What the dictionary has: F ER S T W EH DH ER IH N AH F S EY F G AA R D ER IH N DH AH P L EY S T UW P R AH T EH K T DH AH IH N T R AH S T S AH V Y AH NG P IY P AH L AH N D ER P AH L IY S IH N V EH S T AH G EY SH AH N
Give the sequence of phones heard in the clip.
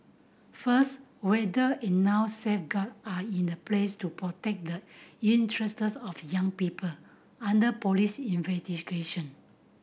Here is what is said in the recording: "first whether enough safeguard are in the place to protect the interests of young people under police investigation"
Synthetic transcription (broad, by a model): F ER S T W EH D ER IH N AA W S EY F G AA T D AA IH N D AH P L EY S T UW P R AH T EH K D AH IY N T R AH S T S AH F Y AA NG P IY P AH L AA N D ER P AH L IY S IH N V EH S T AH G EY SH AH N